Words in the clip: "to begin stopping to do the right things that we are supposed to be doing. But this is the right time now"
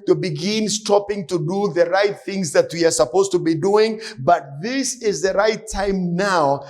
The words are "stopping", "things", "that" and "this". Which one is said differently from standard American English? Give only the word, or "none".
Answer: none